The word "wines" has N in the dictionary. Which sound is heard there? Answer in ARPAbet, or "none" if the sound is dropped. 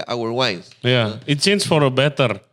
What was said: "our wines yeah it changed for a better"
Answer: none